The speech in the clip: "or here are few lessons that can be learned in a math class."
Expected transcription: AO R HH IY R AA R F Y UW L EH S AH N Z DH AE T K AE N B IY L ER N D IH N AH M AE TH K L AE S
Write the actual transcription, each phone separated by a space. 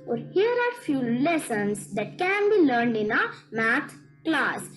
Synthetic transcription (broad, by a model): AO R HH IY R AA R F Y UW L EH S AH N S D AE T K AE N B IY L ER N D IH N AH M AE T K L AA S